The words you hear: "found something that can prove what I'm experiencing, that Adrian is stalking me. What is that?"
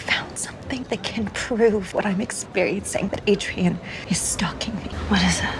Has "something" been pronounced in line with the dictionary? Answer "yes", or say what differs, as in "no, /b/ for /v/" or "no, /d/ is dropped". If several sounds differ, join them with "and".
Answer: yes